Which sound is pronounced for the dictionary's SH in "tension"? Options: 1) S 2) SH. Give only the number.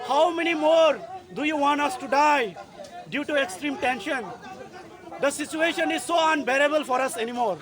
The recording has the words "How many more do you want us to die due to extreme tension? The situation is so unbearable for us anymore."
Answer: 2